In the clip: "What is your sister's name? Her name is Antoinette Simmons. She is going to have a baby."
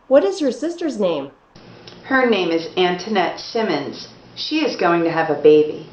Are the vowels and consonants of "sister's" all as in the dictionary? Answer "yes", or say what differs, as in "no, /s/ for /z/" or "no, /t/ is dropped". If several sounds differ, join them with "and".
yes